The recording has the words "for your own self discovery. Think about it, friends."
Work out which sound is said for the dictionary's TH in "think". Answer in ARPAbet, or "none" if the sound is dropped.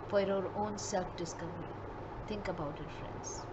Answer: T